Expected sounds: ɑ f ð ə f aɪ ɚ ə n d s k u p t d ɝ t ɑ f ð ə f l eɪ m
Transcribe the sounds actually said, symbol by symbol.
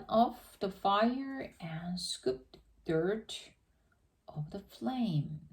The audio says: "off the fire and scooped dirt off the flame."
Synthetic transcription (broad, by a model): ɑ f ð ə f aɪ ɚ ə n s k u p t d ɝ t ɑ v ð ə f l eɪ m